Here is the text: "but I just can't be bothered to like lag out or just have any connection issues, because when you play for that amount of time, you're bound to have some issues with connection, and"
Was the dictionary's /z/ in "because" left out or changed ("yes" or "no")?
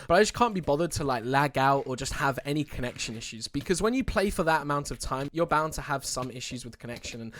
no